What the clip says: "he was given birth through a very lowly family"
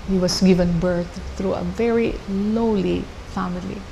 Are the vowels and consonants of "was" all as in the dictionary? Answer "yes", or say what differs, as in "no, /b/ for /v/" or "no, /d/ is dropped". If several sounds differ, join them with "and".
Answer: no, /s/ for /z/